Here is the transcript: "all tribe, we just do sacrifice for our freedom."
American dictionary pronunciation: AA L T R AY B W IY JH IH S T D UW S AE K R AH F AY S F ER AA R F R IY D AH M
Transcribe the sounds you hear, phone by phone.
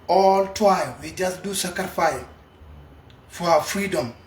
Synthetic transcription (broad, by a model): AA L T W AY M W IY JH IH S D UW S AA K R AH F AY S F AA F R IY D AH M